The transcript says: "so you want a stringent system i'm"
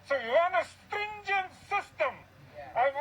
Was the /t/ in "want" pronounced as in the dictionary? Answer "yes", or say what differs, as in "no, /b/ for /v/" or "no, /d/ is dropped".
no, /t/ is dropped